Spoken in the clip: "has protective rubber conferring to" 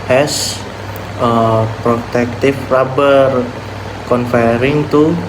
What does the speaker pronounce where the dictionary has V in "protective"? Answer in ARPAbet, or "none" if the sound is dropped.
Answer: F